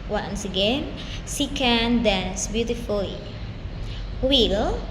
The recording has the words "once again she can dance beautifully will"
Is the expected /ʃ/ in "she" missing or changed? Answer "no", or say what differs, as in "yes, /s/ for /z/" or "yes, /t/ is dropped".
yes, /s/ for /ʃ/